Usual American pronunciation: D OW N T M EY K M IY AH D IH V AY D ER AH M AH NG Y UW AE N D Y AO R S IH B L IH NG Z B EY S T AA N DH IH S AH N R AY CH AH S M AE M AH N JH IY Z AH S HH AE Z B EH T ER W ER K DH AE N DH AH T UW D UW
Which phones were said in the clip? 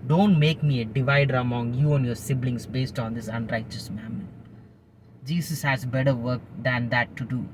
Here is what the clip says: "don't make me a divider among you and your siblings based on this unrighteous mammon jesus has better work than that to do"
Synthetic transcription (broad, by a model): D OW N T M EY K M IY AH D IH V AY D ER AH M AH NG Y UW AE N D Y AO R S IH B L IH NG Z B EY S T AA N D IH S AH N R AY CH AH S M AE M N JH IY S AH S HH AE Z B EH T ER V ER K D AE N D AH T UW D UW